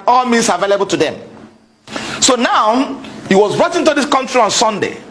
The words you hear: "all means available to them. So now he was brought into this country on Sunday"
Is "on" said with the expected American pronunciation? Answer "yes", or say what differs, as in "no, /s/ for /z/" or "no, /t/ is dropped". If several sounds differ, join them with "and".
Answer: yes